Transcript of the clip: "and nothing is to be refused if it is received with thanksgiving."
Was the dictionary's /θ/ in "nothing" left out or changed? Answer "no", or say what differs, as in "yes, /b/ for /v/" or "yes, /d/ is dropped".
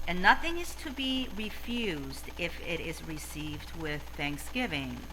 no